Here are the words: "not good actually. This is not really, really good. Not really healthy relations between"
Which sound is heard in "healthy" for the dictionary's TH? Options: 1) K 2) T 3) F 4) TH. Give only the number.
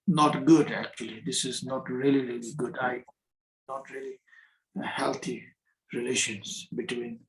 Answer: 2